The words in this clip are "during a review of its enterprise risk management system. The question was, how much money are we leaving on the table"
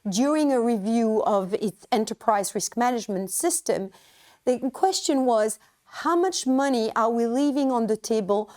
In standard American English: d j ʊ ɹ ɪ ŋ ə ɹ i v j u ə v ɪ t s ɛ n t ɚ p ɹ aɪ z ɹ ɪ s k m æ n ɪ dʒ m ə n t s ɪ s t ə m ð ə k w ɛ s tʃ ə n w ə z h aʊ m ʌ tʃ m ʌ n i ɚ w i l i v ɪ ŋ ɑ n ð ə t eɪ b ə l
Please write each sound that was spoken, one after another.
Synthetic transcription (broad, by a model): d j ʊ ɹ ɪ ŋ ə ɹ i v j u ə v ɪ t s ɛ n t ɚ p ɹ aɪ z ɹ ɪ s k m æ n ɪ dʒ m ə n t s ɪ s t ə m ð ə k w ɛ s tʃ ə n w ə z h aʊ m ʌ tʃ m ʌ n i ɚ w i l i v ɪ ŋ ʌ n ð ə t eɪ b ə l